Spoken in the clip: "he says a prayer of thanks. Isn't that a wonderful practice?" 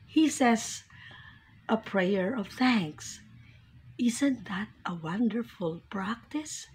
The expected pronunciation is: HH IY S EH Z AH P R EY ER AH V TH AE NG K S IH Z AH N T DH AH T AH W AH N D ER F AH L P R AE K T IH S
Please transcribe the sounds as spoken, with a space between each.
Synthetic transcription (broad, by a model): HH IY S EH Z AH P R EY ER AH V TH AE NG K S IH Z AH N T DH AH T AH W AH N D ER F AH L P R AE K T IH S